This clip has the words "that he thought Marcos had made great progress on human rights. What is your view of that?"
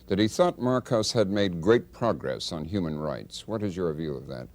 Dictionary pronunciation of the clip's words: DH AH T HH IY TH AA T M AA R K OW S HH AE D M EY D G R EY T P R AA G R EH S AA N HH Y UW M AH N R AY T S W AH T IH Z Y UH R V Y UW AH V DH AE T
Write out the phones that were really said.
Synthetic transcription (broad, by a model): DH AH T HH IY TH AA T M AA R K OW S HH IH D M EY D G R EY T P R AA G R EH S N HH Y UW M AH N R AY T S W AH T IH Z Y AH R V Y UW AH V DH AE T